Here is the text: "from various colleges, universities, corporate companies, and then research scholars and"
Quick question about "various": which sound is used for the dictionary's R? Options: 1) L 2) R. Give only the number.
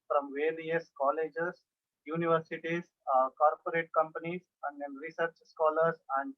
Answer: 1